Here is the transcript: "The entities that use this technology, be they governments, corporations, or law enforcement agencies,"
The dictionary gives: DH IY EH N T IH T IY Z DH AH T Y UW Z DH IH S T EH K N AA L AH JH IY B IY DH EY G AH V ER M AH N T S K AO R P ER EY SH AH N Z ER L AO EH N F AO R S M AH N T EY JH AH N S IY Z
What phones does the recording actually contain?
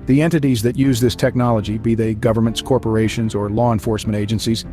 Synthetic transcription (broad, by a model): DH IY EH N T IH T IY Z DH AH T Y UW Z DH IH S T EH K N AA L AH JH IY B IY DH EY G AH V ER M AH N T S K AO R P ER EY SH AH N Z ER L AO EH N F AO R S M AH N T EY JH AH N S IY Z